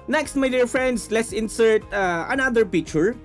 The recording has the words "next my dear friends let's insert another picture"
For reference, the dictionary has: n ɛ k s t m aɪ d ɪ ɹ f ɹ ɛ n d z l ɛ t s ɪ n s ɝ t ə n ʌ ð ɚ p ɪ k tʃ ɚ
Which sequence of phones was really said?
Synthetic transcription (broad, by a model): n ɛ k s t m aɪ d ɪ ɹ f ɹ ɛ n d s l ɛ t s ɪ n s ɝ t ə n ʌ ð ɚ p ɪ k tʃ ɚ